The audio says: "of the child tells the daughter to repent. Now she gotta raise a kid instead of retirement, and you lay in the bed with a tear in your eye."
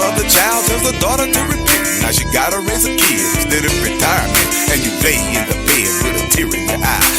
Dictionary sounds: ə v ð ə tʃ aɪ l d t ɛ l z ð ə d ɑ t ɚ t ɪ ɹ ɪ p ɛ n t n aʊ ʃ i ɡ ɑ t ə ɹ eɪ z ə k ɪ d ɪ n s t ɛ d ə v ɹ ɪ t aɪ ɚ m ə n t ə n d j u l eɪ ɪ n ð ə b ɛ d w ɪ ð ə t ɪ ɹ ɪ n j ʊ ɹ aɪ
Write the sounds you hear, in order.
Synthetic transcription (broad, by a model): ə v ð ə tʃ aɪ l d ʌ z ð ə d ɑ t ɚ t ɪ ɹ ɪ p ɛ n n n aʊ ʃ i ɡ ɑ t ə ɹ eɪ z ə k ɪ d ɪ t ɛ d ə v ɹ ɪ t aɪ ɚ m ə n t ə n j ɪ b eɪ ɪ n ð ə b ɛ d w ɪ ð ə t ɪ ɹ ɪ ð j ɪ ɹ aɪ